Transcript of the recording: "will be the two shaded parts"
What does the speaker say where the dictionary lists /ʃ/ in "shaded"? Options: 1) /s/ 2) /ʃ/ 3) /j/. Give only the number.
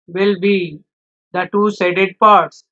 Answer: 1